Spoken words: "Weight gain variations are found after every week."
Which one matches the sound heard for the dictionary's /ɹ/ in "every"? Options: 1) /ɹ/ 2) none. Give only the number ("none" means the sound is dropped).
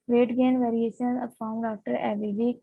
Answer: 2